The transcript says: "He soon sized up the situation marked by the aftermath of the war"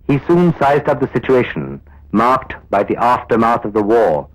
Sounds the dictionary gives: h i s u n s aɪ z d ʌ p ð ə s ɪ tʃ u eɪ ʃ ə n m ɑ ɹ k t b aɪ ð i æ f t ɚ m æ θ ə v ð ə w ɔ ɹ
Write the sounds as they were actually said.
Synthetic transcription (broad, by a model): h i s u n s aɪ z d ʌ p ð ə s ɪ tʃ u eɪ ʃ ə n m ɑ ɹ k t b aɪ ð i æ f t ɚ m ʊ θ ə v ð ə w ɔ ɹ